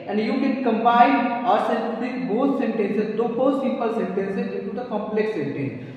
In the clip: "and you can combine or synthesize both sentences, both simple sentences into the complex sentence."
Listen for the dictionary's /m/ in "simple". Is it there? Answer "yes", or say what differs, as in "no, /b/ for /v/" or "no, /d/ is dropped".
no, /m/ is dropped